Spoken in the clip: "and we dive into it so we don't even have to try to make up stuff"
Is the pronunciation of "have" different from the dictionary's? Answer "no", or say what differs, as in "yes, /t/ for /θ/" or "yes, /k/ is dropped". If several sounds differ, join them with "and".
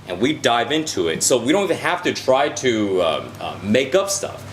yes, /f/ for /v/